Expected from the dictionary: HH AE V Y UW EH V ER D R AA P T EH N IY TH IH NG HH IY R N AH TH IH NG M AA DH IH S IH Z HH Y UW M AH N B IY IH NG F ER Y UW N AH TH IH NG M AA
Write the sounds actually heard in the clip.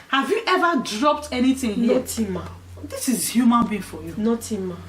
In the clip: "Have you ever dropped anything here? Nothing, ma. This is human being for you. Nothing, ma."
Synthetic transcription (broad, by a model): HH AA V Y UW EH V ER D R AA P T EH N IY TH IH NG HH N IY T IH M AA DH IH S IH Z HH Y UW M AH N B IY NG F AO Y UW N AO T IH M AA